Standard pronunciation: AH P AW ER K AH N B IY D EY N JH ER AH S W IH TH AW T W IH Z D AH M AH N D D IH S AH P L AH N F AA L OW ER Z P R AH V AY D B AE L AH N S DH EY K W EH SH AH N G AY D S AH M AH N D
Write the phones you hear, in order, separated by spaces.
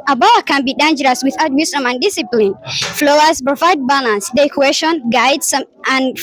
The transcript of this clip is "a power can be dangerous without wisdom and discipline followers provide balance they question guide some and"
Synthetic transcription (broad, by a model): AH B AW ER K AH N B IY D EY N JH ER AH S W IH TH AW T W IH S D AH M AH N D D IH S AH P L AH N F L OW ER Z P R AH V AY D B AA L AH N S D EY K W EH SH AH N G AY D S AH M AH N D